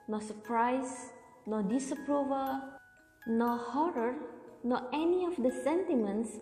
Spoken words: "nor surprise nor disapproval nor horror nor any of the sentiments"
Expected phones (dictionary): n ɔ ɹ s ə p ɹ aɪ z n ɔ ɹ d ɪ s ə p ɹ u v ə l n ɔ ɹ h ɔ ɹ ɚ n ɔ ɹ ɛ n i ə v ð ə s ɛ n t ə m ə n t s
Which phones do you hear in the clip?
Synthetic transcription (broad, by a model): n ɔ s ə p ɹ aɪ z n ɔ d ɪ s ə p ɹ u v ə l n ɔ h ɔ ɹ ɚ n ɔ ɛ n i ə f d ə s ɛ n t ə m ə n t s